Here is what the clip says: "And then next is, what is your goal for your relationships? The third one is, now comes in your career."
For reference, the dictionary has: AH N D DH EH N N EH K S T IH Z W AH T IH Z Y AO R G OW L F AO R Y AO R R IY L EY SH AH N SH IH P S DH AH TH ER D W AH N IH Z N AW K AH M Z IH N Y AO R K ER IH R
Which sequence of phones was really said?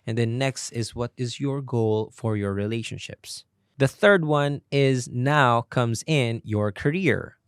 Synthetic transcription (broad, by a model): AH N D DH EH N N EH K S T IH Z W AH T IH Z Y AO R G OW L F AO R Y AO R R IY L EY SH AH N SH IH P S DH AH TH ER D W AH N IH Z N AW K AH M Z IH N Y AO R K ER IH R